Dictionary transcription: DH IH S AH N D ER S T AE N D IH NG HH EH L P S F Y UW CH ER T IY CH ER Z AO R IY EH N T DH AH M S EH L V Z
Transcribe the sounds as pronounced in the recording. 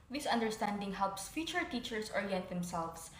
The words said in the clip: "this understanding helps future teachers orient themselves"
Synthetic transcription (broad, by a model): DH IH S AH N D ER S T AE N D IH NG HH EH L P S F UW CH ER T IY CH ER S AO R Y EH T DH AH M S EH L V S